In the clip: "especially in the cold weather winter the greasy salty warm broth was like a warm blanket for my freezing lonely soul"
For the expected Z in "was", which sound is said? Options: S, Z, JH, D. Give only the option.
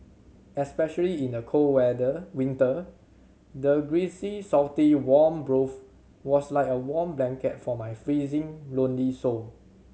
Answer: S